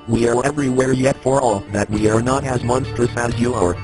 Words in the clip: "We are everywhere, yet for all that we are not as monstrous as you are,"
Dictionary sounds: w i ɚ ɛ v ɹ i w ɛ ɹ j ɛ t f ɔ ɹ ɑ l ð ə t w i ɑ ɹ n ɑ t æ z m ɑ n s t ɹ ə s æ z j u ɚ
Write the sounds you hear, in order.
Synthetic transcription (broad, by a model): w i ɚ ɛ v ɹ i w ɛ ɹ j ɛ t f ɔ ɹ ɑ ð ə t w i ɑ ɹ n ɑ t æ z m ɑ n s t ɹ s æ z j u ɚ